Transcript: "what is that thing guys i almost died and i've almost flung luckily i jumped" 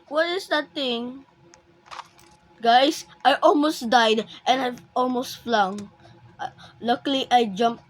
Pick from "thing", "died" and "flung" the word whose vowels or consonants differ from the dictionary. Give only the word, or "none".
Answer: thing